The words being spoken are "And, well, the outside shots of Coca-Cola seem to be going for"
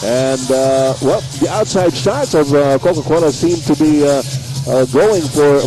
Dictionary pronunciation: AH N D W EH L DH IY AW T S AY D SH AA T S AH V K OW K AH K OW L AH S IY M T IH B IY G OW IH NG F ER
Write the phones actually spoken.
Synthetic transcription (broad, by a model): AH N W EH L DH IY AW T S AY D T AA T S AH V K OW K AH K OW N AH S IY M T IH B IY G OW IH NG F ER